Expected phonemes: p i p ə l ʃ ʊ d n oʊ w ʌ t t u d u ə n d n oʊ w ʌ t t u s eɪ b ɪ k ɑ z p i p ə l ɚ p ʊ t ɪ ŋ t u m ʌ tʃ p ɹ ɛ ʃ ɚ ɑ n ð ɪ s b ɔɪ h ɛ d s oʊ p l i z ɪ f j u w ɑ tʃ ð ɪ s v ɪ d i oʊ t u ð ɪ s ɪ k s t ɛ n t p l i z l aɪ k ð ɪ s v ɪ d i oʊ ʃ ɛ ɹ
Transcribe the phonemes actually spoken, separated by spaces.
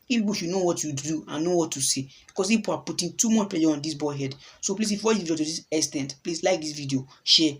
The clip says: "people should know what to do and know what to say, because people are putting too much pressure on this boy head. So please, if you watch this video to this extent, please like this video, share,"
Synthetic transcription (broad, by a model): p i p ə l ʃ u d n oʊ w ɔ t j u d u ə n n oʊ w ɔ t t u s eɪ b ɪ k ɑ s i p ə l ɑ p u t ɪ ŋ t u m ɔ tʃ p ɛ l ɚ ɑ n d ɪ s b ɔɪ h ɛ d s oʊ p l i s ɪ f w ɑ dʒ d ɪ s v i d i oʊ t u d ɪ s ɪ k s t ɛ n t p l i s l aɪ k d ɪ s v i d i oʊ ʃ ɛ